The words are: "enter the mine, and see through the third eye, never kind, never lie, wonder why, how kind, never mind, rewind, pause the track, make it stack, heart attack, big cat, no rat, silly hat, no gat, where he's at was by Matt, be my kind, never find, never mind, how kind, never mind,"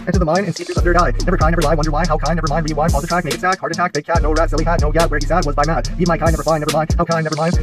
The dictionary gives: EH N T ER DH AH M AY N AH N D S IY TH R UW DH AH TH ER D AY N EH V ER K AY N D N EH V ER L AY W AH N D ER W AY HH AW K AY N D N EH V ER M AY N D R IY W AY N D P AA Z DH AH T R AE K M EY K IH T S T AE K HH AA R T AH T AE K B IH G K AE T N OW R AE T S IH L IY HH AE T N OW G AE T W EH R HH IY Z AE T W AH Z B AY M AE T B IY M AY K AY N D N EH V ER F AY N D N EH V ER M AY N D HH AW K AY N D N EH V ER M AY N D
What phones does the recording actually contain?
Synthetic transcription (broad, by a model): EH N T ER DH AH M AY N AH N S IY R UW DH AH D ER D AY N EH V ER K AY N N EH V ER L AY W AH N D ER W AY HH AW K AY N N EH V ER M AY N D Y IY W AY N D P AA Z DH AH T R AE K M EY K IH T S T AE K HH AA R T AH T AE K B IH G K AE T N OW R AE T S IH L IY HH AE T N OW G AE T W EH R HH IY S AE T W AH Z B AY M AE T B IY M AY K AY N N EH V ER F AY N N EH V ER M AY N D HH AW K AY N N EH V ER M AY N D